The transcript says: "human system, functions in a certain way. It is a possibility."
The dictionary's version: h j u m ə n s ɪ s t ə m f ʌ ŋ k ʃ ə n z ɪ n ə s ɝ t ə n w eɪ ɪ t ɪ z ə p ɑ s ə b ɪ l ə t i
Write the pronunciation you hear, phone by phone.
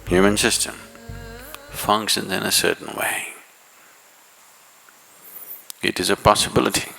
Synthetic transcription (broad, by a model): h j u m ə n s ɪ s t ə m f ʌ ŋ k ʃ ə n z ɪ n ə s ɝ t n w eɪ ɪ t ɪ z ə p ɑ s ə b ɪ l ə t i